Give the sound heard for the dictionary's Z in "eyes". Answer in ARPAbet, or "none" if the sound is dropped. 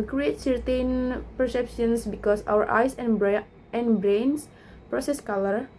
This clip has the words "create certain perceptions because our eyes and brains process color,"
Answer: S